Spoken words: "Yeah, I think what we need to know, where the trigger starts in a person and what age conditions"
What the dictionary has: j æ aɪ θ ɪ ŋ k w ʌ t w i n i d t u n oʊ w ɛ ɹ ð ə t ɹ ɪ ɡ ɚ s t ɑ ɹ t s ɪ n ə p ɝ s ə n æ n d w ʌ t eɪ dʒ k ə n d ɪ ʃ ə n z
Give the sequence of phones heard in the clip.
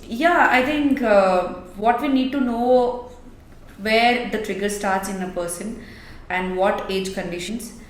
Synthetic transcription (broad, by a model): j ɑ aɪ t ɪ ŋ k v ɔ t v i n i d t u n oʊ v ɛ ɹ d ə t ɹ ɪ ɡ ɚ s t ɑ ɹ t s ɪ n ə p ɝ s ə n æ n d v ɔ t eɪ dʒ k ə n d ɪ ʃ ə n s